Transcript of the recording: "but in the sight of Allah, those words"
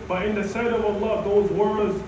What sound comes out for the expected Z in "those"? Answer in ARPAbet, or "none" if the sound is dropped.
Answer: Z